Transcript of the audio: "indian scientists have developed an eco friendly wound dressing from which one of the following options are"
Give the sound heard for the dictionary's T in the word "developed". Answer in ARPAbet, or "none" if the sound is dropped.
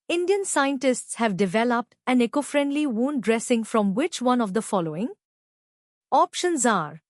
T